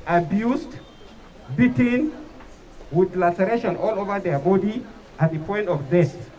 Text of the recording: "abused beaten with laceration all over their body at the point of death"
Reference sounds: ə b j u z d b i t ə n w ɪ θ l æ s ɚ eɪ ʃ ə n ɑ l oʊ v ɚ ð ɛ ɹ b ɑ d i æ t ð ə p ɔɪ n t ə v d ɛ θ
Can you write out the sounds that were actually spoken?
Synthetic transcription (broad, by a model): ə b j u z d b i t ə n w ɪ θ l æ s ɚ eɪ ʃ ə n ɑ l oʊ v ɚ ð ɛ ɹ b ɑ d i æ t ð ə p ɔɪ n t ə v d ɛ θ